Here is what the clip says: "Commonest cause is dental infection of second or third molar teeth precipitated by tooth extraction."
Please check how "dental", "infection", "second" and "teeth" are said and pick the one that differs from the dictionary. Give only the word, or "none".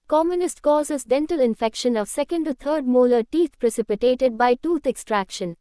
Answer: teeth